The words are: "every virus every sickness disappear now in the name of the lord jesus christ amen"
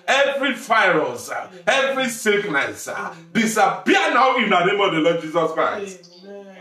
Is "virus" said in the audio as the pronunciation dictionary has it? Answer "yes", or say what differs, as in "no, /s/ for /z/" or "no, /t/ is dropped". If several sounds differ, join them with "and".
no, /f/ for /v/